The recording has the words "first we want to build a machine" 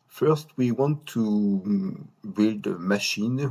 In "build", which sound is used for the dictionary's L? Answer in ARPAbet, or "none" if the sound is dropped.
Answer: L